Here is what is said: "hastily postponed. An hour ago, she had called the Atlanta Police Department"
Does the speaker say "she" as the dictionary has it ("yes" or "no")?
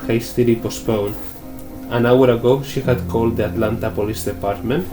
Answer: yes